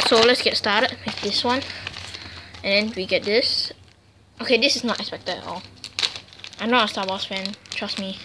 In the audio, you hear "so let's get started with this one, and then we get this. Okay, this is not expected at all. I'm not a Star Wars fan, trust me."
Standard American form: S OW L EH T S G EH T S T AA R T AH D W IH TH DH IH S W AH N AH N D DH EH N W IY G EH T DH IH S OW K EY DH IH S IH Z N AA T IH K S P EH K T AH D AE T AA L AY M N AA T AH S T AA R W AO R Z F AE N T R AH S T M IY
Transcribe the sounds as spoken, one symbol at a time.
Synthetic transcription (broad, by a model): S OW L EH T S G EH T S T AA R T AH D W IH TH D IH S W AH N AH N D EH N W IY G EH T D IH S OW K EY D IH S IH S N AA T IH K S P EH K T AH D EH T AA L AY M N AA AH S T AA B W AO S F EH N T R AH S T M IY